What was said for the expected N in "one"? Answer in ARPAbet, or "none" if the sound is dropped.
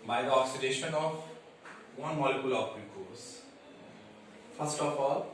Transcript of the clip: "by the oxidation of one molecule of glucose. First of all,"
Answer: N